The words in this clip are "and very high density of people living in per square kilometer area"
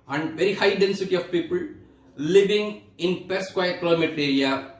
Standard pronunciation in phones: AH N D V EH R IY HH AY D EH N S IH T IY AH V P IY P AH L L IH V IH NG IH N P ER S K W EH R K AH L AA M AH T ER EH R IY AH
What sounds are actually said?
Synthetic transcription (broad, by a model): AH N D V EH R IY HH AY D EH N S IH T IY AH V P IY P AH L L IH V IH NG IH N P ER S K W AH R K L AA M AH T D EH R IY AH